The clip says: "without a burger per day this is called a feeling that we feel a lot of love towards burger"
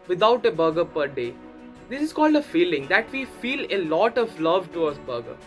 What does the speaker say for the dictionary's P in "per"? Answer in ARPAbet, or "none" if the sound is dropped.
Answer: P